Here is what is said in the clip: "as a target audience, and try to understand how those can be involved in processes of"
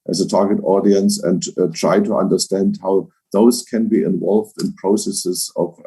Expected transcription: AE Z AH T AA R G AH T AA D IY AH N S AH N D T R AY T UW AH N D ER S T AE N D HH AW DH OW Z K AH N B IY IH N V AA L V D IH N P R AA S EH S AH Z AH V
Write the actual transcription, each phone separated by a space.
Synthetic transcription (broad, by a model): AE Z AH T AA R G AH T AA D IY AH N S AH N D T R AY T UW AH N D ER S T AE N D HH AW DH OW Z K AH N B IY IH N V AA L V D IH N P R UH S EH S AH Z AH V